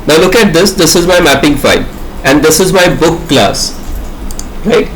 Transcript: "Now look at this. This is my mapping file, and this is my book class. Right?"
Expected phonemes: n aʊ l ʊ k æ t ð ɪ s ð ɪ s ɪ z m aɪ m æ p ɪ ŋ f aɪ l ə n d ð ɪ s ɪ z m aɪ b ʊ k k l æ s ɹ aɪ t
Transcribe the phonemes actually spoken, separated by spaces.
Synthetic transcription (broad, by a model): n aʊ l ʊ k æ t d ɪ s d ɪ s ɪ z m aɪ m æ p ɪ ŋ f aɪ n ə n d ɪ s ɪ z m aɪ b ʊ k k l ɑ s ɹ aɪ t